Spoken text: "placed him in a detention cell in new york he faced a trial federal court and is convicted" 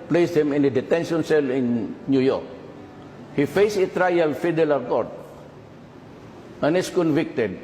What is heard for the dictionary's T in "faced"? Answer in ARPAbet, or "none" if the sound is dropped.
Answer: none